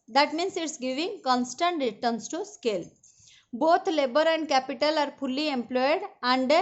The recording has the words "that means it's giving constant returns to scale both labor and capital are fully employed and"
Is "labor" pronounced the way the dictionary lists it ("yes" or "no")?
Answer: yes